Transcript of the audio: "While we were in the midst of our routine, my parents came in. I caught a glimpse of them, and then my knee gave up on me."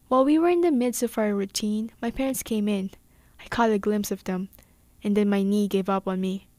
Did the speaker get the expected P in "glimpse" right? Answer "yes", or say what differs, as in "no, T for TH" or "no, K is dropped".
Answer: yes